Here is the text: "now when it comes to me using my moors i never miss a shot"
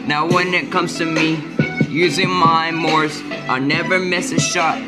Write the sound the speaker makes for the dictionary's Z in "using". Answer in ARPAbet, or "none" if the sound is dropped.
Z